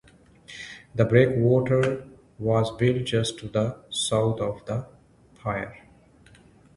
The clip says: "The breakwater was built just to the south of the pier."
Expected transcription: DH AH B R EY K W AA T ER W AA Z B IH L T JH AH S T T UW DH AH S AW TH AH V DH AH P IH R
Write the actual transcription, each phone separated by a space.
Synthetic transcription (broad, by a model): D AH B R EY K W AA T ER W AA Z B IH L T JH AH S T T UW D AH S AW T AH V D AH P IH R